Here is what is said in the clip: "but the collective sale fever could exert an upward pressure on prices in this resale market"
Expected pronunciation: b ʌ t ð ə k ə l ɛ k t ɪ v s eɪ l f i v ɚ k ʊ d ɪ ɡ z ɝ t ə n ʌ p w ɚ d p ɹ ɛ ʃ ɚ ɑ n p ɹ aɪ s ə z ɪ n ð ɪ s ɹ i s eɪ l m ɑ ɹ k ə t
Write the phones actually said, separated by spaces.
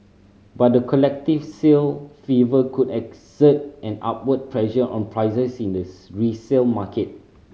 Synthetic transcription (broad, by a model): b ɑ t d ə k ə l ɛ k t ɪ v s eɪ l f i v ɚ k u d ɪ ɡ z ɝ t ə n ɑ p w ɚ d p ɹ ɛ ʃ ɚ ɑ n p ɹ aɪ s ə s ɪ n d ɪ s ɹ i s eɪ l m ɑ k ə t